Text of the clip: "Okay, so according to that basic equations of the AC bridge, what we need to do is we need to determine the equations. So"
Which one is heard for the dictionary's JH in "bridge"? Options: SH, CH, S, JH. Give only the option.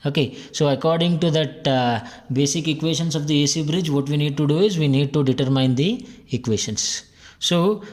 JH